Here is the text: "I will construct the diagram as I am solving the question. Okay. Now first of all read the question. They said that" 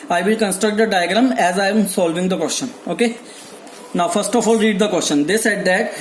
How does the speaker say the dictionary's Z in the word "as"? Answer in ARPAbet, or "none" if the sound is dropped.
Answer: Z